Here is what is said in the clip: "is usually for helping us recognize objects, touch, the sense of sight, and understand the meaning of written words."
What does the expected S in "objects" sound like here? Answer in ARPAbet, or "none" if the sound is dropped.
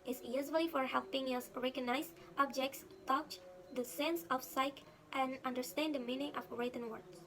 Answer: S